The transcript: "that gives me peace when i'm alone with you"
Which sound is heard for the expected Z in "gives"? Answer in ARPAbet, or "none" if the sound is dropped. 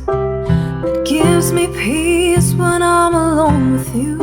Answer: Z